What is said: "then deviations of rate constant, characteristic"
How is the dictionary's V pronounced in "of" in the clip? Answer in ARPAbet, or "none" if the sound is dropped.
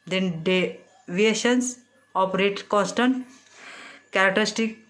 P